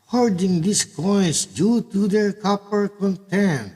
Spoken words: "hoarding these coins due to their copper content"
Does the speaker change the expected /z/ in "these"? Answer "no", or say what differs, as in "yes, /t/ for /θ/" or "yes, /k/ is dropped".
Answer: yes, /s/ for /z/